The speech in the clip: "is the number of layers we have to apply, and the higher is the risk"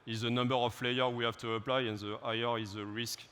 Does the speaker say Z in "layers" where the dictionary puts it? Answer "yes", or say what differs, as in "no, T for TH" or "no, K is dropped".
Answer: no, Z is dropped